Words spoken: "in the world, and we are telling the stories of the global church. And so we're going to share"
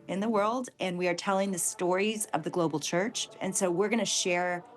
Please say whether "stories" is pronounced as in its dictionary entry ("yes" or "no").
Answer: yes